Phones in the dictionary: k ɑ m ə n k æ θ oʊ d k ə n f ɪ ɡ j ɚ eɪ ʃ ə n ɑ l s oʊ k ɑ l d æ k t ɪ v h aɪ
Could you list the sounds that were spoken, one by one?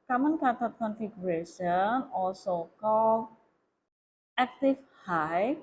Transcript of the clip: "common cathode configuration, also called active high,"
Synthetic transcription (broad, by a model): k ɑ m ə n k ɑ t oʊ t k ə n f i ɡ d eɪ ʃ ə n ɑ l s oʊ k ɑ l æ k t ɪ f h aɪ